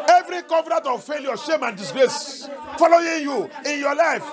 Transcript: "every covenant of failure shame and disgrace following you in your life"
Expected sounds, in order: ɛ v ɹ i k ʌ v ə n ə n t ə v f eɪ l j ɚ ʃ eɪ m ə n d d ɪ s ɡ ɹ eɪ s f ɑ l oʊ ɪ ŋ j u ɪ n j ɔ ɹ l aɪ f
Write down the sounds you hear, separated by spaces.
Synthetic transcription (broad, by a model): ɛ v ɹ i k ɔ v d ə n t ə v f eɪ l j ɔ ʃ eɪ m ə n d d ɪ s ɡ ɹ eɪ s f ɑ l oʊ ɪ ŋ j u ɪ n j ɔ l aɪ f